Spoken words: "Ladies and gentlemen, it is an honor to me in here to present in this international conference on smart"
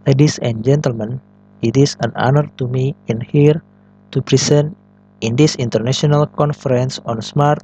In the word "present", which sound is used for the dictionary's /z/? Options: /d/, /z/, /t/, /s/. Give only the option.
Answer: /s/